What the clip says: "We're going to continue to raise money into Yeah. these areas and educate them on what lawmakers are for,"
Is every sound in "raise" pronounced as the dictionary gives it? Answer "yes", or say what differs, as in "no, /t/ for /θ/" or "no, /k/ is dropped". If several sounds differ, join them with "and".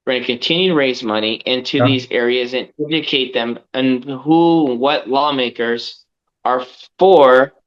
yes